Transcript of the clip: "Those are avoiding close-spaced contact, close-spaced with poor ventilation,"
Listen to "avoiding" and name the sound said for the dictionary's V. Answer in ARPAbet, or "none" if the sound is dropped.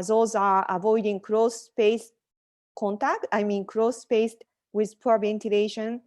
V